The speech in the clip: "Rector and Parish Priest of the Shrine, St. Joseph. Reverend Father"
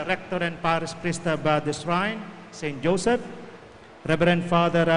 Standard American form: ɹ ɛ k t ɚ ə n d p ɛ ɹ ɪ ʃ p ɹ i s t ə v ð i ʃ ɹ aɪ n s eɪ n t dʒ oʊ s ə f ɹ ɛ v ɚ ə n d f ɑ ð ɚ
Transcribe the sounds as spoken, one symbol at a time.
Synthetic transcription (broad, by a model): ɹ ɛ k t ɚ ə n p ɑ ɹ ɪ s p ɹ i s t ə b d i s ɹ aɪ n s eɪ n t dʒ oʊ s ə f ɹ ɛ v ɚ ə n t f ɑ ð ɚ